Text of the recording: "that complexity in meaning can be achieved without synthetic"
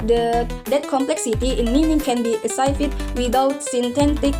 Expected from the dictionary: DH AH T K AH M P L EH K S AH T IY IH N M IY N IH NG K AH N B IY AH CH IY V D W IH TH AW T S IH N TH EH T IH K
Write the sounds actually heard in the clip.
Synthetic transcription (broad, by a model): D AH T K AH M P L EH K S AH T IY IH N M IY N IH NG K AH N B IY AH S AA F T W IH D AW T S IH N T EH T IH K